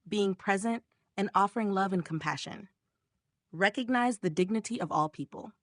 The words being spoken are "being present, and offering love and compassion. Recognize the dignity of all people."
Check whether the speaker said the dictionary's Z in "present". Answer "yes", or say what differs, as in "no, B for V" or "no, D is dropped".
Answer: yes